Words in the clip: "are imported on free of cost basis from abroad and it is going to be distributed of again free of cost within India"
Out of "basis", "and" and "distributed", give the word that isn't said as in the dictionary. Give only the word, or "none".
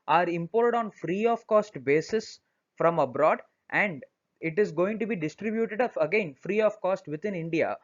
none